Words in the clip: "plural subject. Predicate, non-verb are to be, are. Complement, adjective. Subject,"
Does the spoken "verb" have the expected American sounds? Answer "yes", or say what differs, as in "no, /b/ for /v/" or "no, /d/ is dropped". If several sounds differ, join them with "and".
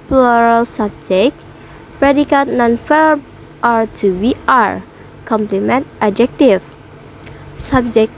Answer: no, /f/ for /v/ and /b/ is dropped